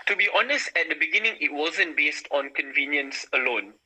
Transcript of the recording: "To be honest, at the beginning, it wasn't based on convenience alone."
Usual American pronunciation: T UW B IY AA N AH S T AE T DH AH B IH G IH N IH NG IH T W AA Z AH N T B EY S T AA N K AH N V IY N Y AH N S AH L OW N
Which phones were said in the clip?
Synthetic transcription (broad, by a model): T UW B IY AA N AH S T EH T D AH B IH G IH N IH NG IH T W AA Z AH N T B EY S T AA N K AH N V IY N Y AH N S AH L OW N